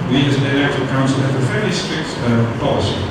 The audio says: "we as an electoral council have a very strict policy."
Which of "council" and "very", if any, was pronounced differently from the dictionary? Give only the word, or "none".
very